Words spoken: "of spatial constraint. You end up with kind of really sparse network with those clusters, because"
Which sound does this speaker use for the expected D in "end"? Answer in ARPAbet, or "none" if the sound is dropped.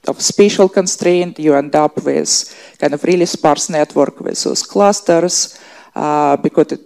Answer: D